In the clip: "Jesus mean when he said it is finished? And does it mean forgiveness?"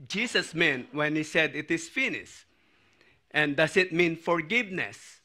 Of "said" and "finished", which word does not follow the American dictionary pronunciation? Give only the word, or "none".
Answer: finished